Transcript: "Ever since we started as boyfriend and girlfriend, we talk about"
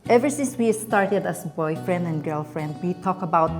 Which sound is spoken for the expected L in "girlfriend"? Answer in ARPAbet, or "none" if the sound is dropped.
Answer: L